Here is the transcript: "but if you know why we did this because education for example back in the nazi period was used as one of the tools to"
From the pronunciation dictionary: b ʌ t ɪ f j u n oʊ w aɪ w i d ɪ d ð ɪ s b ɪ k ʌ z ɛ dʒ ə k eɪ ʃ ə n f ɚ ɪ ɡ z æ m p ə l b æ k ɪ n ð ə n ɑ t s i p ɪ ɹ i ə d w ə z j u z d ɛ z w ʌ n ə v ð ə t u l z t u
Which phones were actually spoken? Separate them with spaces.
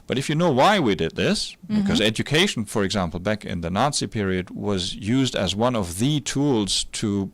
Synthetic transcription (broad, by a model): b ʌ t ɪ f j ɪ n oʊ w aɪ w i d ɪ d ð ɪ s b ɪ k ʌ z ɛ dʒ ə k eɪ ʃ n f ɚ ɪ ɡ z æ m p l b æ k ɪ n ð ə n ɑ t s i p ɪ ɹ i ə d w ə z j u z d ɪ z w ʌ n ə v ð ə t u l z t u